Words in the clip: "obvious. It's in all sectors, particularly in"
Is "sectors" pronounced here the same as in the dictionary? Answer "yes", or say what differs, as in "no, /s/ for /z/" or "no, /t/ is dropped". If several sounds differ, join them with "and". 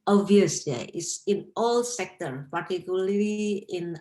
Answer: no, /z/ is dropped